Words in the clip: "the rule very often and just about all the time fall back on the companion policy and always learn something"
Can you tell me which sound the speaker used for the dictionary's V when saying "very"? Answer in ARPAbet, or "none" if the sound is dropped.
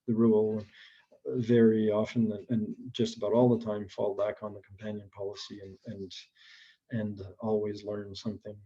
V